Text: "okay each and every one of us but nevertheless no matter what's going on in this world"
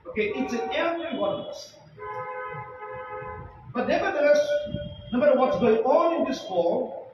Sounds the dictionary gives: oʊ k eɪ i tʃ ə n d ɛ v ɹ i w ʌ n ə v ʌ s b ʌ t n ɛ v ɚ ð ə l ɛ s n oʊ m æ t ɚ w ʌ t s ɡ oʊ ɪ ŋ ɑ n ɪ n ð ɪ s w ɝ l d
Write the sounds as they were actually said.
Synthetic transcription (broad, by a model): oʊ k eɪ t s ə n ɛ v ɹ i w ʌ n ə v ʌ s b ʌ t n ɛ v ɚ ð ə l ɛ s n oʊ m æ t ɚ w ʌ t s ɡ oʊ ɪ ŋ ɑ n ɪ n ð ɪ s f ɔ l